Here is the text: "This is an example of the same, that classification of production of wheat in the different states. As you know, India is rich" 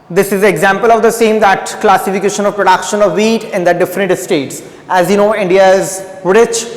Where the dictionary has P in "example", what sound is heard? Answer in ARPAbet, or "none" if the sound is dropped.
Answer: P